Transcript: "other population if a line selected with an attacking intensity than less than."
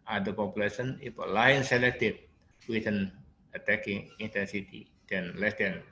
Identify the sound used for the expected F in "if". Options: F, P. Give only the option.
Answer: P